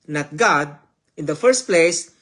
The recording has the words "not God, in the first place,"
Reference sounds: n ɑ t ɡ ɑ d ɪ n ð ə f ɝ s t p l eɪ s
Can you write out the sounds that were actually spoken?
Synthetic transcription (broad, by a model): n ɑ t ɡ ɑ d ɪ n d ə f ɝ s t p l eɪ s